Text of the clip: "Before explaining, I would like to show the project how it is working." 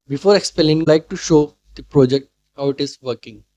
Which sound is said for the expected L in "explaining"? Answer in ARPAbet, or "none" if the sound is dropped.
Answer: none